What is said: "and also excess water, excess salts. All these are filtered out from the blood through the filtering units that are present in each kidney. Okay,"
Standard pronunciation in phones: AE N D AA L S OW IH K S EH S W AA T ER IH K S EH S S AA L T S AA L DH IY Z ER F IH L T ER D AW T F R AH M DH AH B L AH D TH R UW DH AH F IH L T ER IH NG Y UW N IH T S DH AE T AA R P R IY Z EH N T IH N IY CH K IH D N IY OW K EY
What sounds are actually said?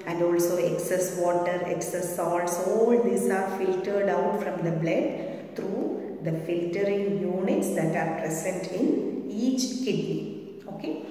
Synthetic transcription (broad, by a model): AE N D AA L S OW IH K S EH S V AA T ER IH K S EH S S AA L T S AA L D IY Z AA F IH L T ER D AW T F R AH M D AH B L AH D T R UW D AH F IH L T ER IH NG Y UW N IH T S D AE T AA R P R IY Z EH N T IH N IY CH K IH D N IY OW K EY